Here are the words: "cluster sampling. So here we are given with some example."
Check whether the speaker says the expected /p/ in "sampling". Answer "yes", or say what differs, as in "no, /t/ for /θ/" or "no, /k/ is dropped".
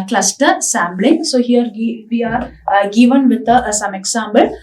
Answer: no, /b/ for /p/